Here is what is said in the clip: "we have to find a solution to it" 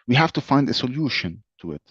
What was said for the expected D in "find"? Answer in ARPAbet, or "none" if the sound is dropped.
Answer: D